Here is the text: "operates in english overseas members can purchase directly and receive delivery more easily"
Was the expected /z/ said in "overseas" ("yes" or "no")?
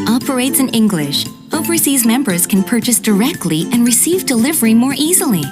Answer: yes